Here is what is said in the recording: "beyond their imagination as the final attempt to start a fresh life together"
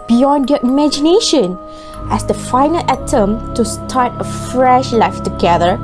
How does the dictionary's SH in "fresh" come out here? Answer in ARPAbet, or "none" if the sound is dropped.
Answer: SH